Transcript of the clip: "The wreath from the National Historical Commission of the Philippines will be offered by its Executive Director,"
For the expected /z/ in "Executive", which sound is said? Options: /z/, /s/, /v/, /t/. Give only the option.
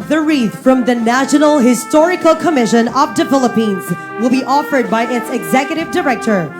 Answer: /z/